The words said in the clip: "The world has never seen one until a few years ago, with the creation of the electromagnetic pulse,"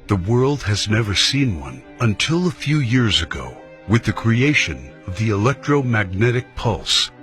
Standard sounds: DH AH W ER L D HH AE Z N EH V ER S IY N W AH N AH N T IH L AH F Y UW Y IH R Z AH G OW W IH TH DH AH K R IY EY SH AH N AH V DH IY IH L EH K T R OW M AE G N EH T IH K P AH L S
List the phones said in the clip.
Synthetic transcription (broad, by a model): DH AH W ER L D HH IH Z N EH V ER S IY N W AH N AH N T IH L AH F Y UW Y IH R Z AH G OW W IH DH AH K R IY EY SH AH N AH V DH IY IH L EH K T R OW M AE G N EH T IH K P AH L S